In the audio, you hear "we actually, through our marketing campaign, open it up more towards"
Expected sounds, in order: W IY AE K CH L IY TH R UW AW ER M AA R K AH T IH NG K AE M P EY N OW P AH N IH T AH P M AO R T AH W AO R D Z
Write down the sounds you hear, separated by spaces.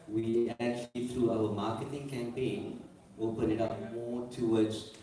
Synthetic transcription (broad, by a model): W IY AE K CH L IY TH R UW AW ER M AA K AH T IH NG K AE M P EY N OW P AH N IH T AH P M AO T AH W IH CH